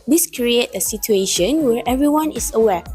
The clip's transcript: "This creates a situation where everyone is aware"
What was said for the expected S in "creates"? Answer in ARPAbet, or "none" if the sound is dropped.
none